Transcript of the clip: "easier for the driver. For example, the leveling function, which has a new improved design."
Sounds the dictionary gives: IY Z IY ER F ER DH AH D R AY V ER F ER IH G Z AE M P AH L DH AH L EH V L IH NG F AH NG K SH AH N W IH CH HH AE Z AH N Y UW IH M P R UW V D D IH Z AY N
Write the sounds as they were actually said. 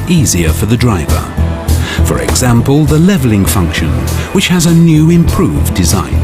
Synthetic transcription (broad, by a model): IY Z IY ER F ER DH AH D R AY V ER F ER IH G Z AE M P AH L DH AH L EH V L IH NG F AH NG K SH AH N W IH CH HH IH Z AH N Y UW IH M P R UW V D D IH Z AY N